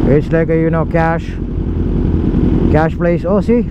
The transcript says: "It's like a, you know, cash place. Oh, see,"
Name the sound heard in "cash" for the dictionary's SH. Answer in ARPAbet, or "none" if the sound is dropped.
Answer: SH